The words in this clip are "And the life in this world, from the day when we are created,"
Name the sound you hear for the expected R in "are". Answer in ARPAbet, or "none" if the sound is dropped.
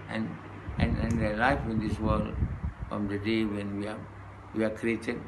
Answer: W